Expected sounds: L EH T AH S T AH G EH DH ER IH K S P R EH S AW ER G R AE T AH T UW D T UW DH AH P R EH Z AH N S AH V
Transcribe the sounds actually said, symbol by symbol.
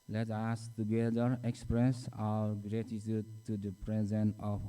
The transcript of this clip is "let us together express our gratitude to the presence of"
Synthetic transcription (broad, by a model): L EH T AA S T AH G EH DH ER IH K S P R EH S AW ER G R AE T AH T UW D T UW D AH P R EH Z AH N AH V